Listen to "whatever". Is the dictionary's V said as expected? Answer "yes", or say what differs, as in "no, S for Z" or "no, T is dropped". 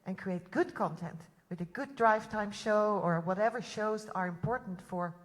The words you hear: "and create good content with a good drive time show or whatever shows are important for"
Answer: yes